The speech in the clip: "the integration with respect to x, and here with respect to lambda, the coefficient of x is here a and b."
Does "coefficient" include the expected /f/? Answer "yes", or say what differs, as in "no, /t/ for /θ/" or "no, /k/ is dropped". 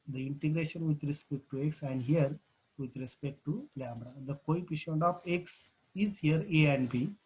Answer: no, /p/ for /f/